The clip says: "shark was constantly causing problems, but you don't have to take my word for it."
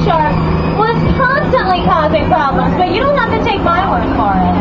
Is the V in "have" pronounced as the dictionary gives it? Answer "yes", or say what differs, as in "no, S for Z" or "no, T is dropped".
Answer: no, F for V